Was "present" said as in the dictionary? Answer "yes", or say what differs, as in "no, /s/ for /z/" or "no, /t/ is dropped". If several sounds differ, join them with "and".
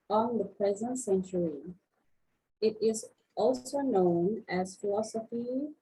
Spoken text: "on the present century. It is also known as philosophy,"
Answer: yes